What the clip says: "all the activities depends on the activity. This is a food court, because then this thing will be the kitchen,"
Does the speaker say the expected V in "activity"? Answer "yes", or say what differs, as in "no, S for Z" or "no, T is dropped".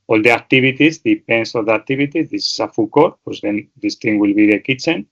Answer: no, B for V